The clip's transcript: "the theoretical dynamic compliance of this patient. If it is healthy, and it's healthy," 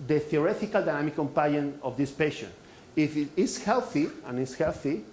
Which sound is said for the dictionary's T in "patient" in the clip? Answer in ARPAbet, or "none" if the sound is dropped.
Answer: none